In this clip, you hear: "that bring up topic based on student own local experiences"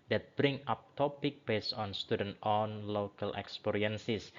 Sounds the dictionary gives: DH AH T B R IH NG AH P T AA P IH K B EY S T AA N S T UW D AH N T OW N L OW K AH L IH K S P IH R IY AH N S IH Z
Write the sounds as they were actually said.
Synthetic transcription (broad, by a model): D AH T B R IH NG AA P T AA P IH K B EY S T AA N S T UW D AH N T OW N L OW K AH L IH K S P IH R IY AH N S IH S